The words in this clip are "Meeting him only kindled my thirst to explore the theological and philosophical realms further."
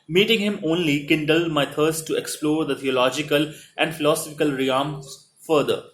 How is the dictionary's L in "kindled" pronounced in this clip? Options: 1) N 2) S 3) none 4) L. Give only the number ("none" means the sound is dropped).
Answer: 4